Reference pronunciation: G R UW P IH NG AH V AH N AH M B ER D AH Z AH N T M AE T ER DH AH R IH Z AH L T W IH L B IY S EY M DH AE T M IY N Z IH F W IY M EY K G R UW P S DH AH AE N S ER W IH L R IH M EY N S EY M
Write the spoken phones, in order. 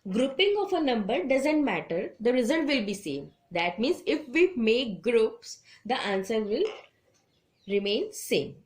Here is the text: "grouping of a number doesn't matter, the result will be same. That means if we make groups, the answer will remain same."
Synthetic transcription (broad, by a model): G R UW P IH NG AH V AH N AH M B ER D AH Z AH N T M AE T ER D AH R IH Z AH L T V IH L B IY S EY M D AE T M IY N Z IH F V IY M EY K G R UW P S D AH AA N S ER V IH L R IH M EY N S EY M